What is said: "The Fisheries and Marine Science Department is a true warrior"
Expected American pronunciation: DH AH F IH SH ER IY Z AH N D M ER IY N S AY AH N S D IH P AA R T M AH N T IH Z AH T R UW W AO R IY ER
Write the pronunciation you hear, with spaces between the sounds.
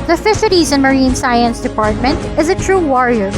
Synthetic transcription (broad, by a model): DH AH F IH S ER IY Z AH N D M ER IY N S AY AH N S D IH P AA R T M AH N T IH Z AH T R UW W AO R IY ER